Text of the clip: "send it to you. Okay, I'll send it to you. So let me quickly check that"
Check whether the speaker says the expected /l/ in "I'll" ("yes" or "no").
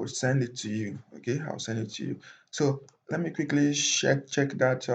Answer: no